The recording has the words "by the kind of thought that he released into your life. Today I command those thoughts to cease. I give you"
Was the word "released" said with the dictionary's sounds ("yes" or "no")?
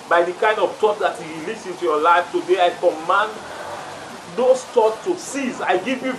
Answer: no